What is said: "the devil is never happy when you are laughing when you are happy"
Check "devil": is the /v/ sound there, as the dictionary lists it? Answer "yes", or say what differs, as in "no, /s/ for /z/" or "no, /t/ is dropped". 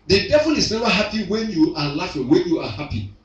no, /f/ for /v/